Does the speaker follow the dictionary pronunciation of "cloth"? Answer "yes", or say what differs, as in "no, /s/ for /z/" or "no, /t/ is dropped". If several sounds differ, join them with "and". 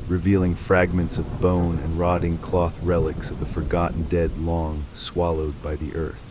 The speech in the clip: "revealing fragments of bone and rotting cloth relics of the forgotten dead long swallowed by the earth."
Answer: yes